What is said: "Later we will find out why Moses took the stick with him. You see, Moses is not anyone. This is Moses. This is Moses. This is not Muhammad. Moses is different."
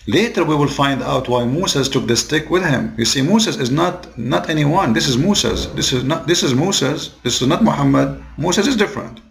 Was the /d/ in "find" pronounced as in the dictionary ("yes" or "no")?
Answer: yes